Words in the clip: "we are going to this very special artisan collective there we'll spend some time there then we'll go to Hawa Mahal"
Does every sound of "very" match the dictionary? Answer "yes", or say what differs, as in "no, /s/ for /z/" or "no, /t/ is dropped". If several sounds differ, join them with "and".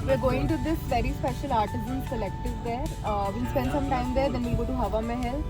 yes